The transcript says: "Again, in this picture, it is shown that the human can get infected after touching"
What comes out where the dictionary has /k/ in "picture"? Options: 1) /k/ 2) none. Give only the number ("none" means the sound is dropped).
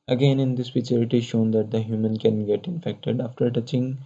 2